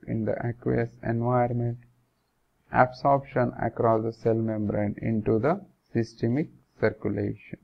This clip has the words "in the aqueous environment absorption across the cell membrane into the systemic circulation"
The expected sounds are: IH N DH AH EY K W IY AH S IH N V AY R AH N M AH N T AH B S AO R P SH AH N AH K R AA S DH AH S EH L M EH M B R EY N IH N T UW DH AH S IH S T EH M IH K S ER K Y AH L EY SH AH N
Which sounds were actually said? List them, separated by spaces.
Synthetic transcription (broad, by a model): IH N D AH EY K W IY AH S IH N V AY AH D M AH N T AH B S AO R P SH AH N AH K R AA S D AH S EH L M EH M B R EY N IH N T UW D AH S IH S T EH M IH K S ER K Y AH L EY SH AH N